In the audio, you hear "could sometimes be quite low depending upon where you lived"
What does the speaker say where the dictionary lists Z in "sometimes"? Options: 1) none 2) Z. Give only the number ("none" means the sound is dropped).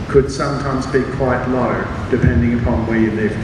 2